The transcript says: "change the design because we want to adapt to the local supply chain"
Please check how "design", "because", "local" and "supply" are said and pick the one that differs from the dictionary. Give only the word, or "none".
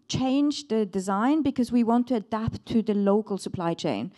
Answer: none